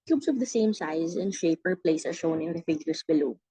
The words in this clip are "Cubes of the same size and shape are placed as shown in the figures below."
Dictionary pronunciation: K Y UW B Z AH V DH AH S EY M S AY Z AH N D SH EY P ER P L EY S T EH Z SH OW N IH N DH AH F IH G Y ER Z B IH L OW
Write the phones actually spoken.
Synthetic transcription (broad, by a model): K Y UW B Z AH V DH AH S EY M S AY Z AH N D SH EY P ER P L EY S EH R SH OW N IH N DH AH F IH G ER S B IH L OW